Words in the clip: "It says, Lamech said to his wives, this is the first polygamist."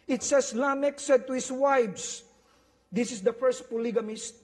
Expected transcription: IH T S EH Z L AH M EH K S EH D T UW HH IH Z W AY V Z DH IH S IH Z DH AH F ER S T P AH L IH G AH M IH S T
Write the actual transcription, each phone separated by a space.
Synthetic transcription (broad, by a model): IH T S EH S L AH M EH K S EH D T UW HH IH S W AY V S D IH S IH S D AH F ER S T P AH L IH G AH M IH S T